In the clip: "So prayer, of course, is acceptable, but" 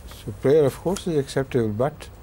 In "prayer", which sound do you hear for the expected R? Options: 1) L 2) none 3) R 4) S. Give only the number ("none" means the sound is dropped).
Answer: 3